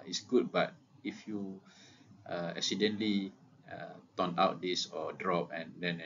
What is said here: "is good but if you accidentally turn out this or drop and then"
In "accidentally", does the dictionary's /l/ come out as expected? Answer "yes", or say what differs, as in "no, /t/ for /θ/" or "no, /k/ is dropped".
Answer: no, /l/ is dropped